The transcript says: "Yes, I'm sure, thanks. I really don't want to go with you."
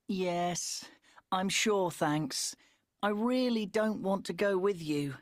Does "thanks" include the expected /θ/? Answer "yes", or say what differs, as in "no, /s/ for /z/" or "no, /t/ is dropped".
yes